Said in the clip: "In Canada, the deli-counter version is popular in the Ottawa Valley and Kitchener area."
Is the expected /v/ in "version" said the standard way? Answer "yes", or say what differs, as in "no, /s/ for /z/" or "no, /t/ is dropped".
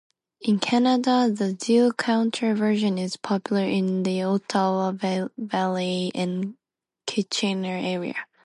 yes